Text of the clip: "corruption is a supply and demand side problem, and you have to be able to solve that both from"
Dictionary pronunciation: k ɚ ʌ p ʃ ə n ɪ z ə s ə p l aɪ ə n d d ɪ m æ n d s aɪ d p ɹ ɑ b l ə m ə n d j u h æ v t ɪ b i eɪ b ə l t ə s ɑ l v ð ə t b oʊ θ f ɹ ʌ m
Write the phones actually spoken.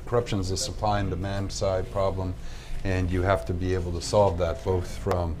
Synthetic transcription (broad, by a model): k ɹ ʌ p ʃ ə n z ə s ə p l aɪ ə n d d ɪ m æ n d s aɪ d p ɹ ɑ b l ə m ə n j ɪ h æ f t ɪ b i eɪ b l t ə s ɑ l v ð ə t b oʊ θ f ɹ ʌ m